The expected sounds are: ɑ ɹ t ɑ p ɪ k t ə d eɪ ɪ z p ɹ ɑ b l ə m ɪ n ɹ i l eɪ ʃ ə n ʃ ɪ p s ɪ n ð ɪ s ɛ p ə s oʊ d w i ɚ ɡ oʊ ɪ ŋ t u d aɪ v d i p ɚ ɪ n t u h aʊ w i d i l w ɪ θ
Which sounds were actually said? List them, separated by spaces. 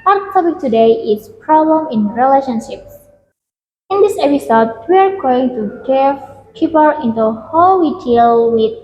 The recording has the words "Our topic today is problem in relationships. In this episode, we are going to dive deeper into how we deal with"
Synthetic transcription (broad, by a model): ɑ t t ɑ p ɪ k t ə d eɪ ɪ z p ɹ ɑ b l ə m ɪ n ɹ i l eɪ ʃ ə n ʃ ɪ p s ɪ n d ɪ s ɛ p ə s oʊ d w i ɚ ɡ oʊ ɪ ŋ t u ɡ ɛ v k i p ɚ ɪ n t u h aʊ w i d i l w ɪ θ